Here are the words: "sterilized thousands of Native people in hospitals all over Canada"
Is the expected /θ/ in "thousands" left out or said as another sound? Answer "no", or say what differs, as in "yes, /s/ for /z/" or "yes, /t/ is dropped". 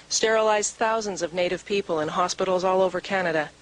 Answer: no